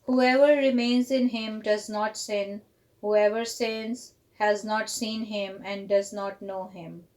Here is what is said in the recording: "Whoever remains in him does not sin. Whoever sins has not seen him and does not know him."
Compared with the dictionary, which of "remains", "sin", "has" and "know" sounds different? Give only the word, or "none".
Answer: none